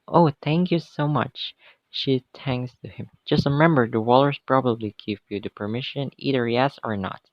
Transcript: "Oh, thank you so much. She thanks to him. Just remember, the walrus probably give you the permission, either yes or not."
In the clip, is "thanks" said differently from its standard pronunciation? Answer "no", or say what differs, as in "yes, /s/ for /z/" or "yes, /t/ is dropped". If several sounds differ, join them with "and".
yes, /t/ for /θ/